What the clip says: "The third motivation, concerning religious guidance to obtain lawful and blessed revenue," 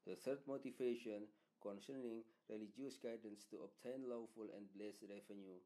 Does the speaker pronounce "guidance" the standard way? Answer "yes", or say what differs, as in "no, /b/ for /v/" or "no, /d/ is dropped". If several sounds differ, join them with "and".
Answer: yes